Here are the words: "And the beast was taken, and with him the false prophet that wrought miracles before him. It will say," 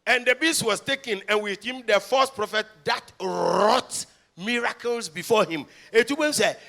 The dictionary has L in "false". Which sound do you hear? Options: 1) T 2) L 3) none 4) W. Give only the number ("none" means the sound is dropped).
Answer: 3